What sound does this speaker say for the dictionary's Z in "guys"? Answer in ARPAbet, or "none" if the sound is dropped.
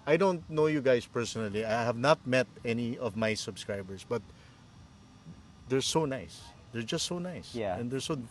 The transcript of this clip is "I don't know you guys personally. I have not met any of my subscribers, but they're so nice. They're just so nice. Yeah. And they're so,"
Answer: S